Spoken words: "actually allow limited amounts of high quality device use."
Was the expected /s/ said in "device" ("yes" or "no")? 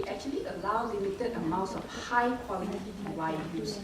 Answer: no